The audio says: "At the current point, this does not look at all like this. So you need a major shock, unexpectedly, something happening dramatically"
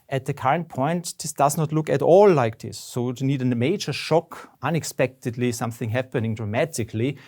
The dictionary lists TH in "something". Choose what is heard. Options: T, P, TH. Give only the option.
TH